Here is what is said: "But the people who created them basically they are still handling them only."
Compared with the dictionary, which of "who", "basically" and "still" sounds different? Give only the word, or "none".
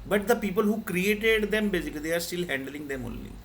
basically